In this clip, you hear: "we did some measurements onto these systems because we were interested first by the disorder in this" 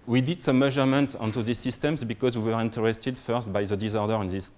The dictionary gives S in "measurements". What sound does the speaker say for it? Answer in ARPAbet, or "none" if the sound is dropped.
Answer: none